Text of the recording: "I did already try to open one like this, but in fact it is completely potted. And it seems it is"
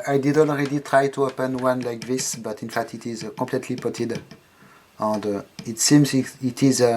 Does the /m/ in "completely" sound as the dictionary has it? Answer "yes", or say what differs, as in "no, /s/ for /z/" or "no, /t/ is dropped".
no, /m/ is dropped